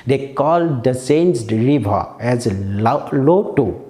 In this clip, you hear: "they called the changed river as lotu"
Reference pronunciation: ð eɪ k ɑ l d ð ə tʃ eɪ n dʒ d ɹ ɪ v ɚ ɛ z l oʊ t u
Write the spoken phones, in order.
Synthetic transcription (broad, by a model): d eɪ k ɑ l d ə s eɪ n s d ɹ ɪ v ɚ ɛ z l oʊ t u